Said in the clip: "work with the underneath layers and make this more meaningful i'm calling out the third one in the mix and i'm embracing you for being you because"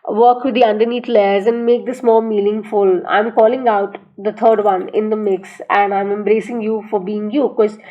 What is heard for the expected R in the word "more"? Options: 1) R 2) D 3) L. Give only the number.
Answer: 3